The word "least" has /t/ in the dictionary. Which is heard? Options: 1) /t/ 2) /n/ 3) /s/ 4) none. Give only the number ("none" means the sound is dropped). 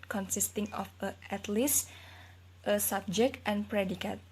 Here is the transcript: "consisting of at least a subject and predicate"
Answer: 1